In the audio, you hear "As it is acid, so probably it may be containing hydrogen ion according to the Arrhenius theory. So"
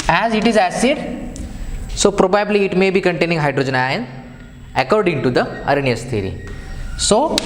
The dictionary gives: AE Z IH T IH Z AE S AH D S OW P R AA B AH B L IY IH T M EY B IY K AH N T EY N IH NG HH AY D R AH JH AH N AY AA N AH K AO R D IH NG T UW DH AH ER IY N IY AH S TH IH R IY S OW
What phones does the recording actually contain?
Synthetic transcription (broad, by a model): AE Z IH T IH Z AE S AH D S OW P R AA B AH B L IY T M EY B IY K AH N T EY N IH NG HH AY D R AH JH AH N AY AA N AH K AO R D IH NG T UW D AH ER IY N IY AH S T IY R IY S OW